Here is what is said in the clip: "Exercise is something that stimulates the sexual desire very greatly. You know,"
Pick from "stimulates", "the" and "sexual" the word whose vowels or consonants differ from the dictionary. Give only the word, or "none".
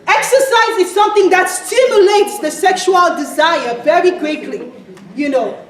none